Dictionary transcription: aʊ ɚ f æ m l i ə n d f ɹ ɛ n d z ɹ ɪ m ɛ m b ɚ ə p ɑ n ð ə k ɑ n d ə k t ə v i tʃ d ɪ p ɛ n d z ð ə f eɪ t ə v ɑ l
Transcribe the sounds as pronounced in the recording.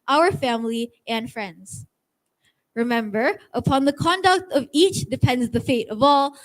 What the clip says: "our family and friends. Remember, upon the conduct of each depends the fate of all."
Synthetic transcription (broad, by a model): aʊ ɚ f æ m l i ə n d f ɹ ɛ n d z ɹ ɪ m ɛ m b ɚ ə p ɑ n ð ə k ɑ n d ə k t ə v i tʃ d ɪ p ɛ n d z ð ə f eɪ t ə v ɑ l